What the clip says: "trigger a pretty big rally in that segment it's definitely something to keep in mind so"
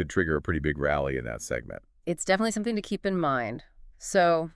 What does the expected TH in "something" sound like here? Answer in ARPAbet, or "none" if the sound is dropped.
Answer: TH